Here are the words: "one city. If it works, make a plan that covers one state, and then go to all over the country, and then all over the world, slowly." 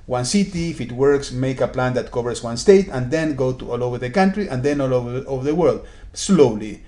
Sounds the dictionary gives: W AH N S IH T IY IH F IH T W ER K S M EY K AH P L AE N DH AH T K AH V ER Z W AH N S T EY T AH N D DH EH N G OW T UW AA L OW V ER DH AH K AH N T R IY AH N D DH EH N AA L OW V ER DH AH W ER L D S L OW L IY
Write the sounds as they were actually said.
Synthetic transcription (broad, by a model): W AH N S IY T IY F IH T W ER K S M EY K AH P L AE N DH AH T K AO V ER S W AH N S T EY T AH N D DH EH N G OW T UW AA L OW V ER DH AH K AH N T R IY AH N D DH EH N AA L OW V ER DH AH W ER L D S L OW L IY